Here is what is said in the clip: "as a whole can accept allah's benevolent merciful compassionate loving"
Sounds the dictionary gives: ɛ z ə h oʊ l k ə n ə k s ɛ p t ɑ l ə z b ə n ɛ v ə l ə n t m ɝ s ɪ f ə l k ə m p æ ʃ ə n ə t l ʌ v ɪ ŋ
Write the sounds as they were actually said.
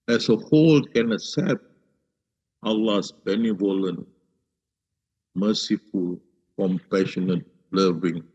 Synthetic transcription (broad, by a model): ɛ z ə h oʊ l k ə n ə s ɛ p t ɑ l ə s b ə n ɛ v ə l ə n m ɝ s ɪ f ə l k ə m p æ ʃ ə n ə t l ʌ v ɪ ŋ